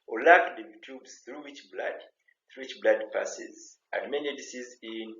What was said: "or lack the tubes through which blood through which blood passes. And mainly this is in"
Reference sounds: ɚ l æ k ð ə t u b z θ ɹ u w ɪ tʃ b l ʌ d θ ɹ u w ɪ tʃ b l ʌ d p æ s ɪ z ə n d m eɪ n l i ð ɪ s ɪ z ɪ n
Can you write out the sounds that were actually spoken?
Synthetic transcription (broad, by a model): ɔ l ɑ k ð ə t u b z θ ɹ u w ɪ tʃ b l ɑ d θ ɹ u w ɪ tʃ b l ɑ d p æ s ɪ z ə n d m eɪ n i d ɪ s ɪ z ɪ n